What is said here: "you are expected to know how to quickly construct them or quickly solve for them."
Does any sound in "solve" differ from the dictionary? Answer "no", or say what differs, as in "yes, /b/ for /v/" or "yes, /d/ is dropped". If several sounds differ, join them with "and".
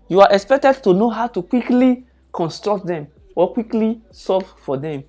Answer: yes, /l/ is dropped